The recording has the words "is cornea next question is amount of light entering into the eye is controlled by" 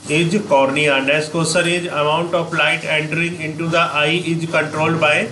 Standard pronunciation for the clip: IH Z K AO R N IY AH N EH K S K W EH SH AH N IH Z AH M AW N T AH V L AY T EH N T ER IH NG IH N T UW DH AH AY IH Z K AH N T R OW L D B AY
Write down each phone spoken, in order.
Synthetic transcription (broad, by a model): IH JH K AO R N IY AH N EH S K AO S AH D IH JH AH M AW N T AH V L AY T EH N T ER IH NG IH N T UW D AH AY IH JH K AH N T R OW L B AY